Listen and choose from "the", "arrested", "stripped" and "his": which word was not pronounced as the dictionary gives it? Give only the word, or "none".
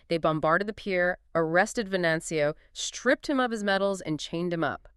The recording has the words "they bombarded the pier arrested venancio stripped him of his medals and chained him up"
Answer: none